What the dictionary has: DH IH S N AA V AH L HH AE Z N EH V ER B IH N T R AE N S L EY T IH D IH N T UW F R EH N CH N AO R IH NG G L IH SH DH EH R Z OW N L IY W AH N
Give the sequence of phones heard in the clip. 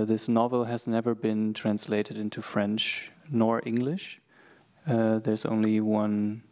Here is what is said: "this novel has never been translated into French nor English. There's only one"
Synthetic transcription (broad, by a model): DH IH S N AA V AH L HH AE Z N EH V ER B IH N T R AE N S L EY T IH D IH N T UW F R EH N CH N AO R IH NG G L IH SH DH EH R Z OW N L IY W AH N